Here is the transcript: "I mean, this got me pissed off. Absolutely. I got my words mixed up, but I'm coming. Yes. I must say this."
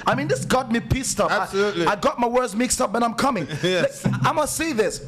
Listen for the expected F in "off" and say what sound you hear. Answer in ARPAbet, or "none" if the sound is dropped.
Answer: P